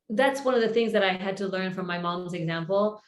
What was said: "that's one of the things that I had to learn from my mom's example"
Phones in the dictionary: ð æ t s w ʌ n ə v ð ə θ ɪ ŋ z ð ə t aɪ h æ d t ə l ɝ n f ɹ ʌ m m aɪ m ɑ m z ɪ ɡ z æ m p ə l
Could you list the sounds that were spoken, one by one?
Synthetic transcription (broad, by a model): ð æ t s w ʌ n ə v ð ə θ ɪ ŋ z ð ə t aɪ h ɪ d t ə l ɝ n f ɹ ʌ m m aɪ m ɑ m z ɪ ɡ z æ m p l